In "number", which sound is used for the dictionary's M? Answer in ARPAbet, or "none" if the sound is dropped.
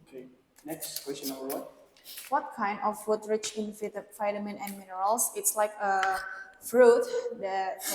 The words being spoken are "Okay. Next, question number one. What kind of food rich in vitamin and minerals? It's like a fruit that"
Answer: none